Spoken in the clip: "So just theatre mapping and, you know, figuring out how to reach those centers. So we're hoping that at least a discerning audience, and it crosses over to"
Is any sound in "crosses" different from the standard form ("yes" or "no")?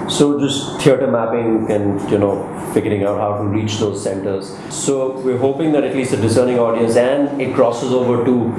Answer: no